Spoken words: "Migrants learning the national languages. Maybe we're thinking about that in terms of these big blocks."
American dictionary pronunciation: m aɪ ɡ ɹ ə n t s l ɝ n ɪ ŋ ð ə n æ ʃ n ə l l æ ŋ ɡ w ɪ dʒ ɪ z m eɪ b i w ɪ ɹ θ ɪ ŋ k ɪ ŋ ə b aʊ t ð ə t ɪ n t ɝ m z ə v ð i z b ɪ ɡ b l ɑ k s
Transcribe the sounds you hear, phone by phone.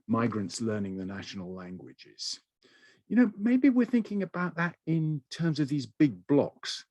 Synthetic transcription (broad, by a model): m aɪ ɡ ɹ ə n t s l ɝ n ɪ ŋ ð ə n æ ʃ n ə l l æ ŋ ɡ w ɪ dʒ ɪ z m eɪ b i w ɪ ɹ θ ɪ ŋ k ɪ ŋ ə b aʊ t ð ə t ɪ n t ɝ m z ə v ð i z b ɪ ɡ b l ɑ k s